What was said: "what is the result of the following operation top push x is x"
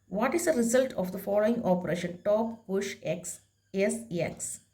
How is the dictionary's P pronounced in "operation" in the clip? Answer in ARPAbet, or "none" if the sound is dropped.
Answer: P